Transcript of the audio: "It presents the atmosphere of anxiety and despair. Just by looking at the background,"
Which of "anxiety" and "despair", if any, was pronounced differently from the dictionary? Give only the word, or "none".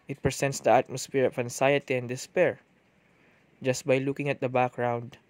anxiety